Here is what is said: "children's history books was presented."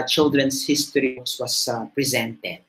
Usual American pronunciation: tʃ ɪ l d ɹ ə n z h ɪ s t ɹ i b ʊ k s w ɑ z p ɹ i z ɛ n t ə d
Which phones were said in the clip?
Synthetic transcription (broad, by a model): tʃ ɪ l d ɹ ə n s h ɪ s t i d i s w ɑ s p ɹ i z ɛ n t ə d